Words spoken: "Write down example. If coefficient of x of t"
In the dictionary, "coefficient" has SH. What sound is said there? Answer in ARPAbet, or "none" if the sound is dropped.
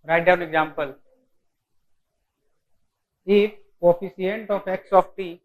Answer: S